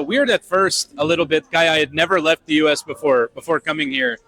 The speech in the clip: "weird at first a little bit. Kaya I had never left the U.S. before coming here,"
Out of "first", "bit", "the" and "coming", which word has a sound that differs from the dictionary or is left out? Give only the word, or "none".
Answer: none